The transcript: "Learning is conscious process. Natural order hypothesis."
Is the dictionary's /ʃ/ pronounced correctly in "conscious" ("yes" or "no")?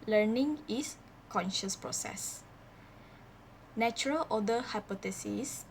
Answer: yes